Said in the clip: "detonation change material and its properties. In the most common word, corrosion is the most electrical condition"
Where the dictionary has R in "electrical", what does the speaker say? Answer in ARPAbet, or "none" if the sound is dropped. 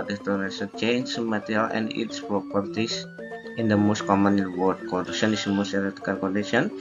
none